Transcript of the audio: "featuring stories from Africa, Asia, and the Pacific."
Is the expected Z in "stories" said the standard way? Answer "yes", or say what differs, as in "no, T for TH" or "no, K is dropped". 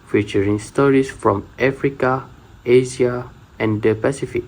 no, S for Z